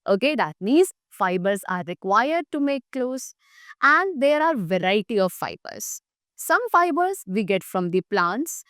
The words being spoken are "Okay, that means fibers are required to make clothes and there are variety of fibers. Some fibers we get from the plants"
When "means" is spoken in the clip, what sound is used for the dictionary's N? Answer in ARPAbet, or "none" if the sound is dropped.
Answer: none